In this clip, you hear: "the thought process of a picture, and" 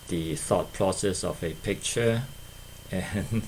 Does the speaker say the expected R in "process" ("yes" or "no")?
yes